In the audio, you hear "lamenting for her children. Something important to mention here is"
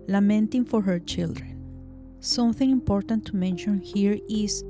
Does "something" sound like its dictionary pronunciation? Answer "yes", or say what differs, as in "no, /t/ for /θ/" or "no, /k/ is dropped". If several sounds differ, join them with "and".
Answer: yes